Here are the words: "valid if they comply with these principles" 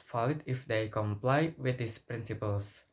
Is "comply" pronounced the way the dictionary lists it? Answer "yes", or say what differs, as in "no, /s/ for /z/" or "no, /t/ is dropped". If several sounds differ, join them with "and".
yes